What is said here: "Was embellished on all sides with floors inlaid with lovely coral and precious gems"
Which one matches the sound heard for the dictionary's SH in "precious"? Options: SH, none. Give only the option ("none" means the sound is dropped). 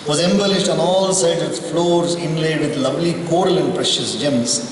SH